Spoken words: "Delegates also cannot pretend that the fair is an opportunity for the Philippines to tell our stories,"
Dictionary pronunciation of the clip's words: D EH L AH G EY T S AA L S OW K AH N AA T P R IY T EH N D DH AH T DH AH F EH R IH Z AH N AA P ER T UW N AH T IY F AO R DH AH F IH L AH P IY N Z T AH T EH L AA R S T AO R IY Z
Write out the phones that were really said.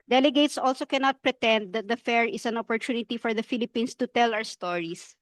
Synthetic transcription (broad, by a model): D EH L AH G EY T S AA L S OW K AH N AA T P R IY T EH N D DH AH T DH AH F EH R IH S AH N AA P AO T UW N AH T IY F AO R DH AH F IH L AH P IY N S T AH T EH L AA W S T AO R IY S